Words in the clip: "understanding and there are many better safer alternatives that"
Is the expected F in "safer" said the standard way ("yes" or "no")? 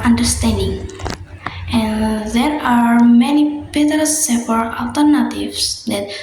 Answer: no